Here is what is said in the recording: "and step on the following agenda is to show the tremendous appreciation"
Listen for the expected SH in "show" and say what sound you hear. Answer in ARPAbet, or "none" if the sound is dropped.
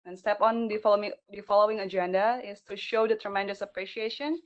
SH